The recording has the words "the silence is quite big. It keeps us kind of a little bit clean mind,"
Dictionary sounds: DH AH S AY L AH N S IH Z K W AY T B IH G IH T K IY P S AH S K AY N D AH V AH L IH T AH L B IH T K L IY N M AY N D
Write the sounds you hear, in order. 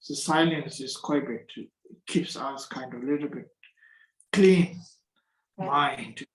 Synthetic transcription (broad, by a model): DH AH S AY L AH N S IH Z K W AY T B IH IH T K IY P S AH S K AY N D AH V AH L IH T AH L B IH T K L IY N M AY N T